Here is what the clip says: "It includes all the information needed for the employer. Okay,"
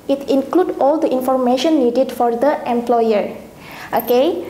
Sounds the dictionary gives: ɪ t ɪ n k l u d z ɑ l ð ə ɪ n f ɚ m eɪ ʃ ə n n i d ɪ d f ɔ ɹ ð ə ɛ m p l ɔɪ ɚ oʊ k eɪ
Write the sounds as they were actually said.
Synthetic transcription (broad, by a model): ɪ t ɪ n k l u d ɑ l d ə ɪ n f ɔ m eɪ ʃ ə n n i d ɪ d f ɔ ɹ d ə ɛ m p l ɔɪ ɚ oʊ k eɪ